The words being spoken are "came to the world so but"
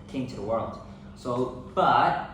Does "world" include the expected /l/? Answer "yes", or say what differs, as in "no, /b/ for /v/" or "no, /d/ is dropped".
yes